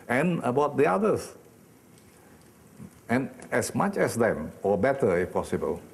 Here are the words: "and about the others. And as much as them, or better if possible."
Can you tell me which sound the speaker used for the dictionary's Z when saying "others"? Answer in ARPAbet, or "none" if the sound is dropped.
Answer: S